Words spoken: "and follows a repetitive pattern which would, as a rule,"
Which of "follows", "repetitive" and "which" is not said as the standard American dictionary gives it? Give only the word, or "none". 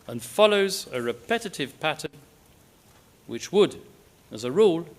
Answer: none